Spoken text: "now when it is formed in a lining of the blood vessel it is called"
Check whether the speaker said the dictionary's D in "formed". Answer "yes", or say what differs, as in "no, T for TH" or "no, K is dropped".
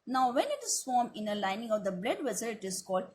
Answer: no, D is dropped